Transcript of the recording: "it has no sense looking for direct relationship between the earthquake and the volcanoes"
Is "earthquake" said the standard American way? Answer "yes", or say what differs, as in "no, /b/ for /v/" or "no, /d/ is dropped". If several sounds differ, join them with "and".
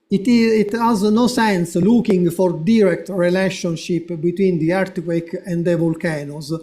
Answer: no, /t/ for /θ/